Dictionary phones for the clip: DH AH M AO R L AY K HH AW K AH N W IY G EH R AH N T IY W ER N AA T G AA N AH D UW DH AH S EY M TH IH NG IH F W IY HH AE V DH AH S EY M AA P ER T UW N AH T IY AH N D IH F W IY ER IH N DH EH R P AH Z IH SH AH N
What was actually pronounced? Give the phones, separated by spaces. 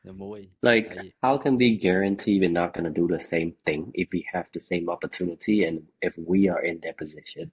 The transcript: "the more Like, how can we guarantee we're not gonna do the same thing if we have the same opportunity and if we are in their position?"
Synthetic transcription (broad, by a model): L AY K HH AW K AH N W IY G EH R AH N T IY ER N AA T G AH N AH D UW DH AH S EY M TH IH NG IH F W IY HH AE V DH AH S EY M AA P ER T UW N AH T IY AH N IH F W IY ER IH N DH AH R P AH Z IH SH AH N